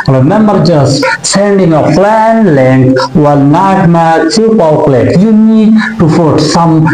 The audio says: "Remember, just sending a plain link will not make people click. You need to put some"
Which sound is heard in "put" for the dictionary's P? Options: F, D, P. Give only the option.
F